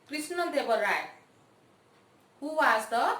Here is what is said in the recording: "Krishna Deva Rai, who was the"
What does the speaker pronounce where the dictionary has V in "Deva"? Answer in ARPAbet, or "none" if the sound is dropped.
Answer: B